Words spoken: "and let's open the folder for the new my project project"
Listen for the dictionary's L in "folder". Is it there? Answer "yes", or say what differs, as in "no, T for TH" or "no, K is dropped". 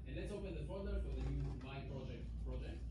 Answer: no, L is dropped